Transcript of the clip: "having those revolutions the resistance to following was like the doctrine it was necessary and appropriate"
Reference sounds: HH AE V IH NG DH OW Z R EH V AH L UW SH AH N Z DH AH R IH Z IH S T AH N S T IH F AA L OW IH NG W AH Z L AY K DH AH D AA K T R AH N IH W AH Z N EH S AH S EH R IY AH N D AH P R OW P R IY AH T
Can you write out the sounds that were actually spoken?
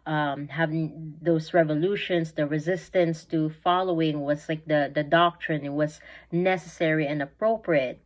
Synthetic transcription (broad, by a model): HH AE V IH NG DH OW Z R EH V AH L UW SH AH N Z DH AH R IH Z IH S T AH N S T IH F AA L OW IH NG W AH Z L AY K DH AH D AA K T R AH N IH W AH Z N EH S AH S EH R IY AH N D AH P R OW P R IY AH T